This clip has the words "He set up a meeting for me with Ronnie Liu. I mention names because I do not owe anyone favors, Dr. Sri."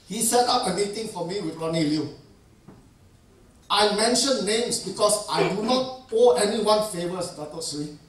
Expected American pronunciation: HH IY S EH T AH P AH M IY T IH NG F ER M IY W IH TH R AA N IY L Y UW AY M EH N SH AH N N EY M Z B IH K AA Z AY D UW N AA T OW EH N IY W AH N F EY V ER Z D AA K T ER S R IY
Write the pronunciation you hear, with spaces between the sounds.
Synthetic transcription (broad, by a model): HH IY S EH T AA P AH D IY T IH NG F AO M IY W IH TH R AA N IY L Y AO AY M EH N SH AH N N EY M S B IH K AA S AY D UW N AA T OW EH N IY W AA N F EY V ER S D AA T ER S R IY